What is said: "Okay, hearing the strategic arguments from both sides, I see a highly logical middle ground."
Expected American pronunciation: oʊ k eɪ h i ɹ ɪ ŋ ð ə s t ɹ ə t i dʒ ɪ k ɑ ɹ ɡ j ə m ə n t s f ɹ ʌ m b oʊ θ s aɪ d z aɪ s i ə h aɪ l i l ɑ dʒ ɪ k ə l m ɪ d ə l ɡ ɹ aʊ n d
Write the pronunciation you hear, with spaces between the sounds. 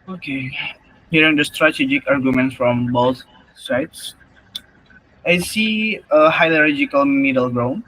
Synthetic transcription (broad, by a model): oʊ k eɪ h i ɹ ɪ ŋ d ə s t ɹ ə t i dʒ ɪ k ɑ ɹ ɡ j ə m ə n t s f ɹ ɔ m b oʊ t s aɪ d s aɪ s i ə h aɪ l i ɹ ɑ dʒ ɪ k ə l m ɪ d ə l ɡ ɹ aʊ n